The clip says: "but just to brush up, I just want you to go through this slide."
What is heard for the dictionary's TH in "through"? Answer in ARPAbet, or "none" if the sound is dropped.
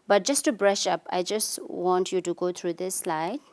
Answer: T